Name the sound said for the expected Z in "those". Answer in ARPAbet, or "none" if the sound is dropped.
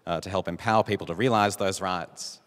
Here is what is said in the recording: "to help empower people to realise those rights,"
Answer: Z